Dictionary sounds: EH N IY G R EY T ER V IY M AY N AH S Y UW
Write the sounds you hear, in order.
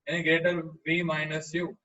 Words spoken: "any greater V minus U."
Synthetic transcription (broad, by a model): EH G EY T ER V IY M AY N AH S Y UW